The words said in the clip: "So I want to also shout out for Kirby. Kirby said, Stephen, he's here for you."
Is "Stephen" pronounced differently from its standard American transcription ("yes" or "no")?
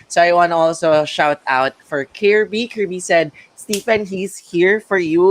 yes